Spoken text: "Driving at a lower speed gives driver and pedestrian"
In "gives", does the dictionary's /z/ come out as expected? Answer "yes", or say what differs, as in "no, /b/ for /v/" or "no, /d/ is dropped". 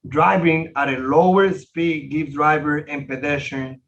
no, /z/ is dropped